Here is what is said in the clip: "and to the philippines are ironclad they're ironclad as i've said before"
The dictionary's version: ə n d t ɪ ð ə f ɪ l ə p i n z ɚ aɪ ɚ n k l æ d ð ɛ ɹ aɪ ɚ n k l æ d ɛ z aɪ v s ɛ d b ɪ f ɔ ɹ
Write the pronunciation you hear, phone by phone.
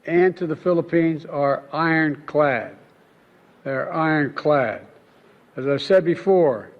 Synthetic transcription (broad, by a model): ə n t ɪ ð ə f ɪ l ə p i n z ɚ aɪ ɚ n k l æ d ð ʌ ɹ aɪ ɚ n k l æ d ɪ z aɪ v s ɛ d b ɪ f ɔ ɹ